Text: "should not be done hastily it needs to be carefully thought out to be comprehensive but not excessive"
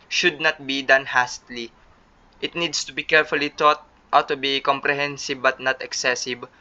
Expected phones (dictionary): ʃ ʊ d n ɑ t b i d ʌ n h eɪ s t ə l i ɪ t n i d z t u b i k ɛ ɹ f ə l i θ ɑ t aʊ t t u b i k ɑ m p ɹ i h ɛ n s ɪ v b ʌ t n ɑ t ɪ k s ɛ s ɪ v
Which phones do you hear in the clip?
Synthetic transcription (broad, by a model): ʃ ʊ d n ɑ t b i d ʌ n h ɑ s t l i ɪ t n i d s t u b i k ɛ ɹ f ə l i t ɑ t t t u b i k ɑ m p ɹ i h ɛ n s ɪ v b ʌ t n ɑ t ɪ k s ɛ s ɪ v